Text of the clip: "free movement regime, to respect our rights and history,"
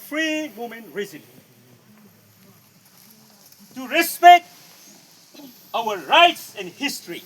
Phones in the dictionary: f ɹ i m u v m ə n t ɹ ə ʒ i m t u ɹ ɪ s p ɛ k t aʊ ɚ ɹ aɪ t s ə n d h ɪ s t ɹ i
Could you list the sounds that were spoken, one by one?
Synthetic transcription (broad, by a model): f ɹ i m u m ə n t ɹ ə z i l t u ɹ ɪ s p ɛ k t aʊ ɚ ɹ aɪ t s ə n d h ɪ s t ɹ i